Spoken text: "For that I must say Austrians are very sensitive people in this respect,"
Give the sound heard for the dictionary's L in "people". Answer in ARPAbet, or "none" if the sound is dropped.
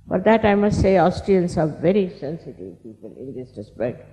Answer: N